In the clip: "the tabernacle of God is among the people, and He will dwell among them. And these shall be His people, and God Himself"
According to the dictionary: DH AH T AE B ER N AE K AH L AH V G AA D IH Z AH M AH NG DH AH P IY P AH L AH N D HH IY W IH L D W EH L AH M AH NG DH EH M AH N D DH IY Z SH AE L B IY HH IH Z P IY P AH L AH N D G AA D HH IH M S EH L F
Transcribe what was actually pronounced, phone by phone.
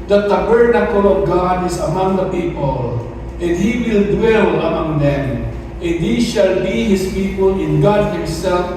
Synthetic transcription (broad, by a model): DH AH T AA B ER N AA K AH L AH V G AA D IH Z AH M AH NG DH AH P IY P AH L AH N D HH IY W IH L D W EH L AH M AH NG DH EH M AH N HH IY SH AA L B IY HH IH S P IY P AH L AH N G AA D HH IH M S EH L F